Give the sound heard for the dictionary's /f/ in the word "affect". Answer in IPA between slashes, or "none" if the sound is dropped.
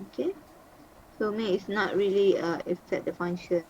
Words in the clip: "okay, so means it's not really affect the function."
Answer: none